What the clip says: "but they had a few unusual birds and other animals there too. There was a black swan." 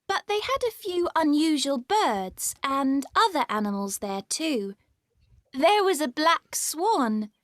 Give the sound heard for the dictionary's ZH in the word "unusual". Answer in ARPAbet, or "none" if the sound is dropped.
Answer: ZH